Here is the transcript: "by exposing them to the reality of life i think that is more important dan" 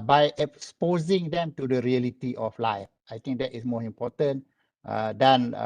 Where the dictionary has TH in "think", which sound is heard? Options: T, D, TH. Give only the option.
T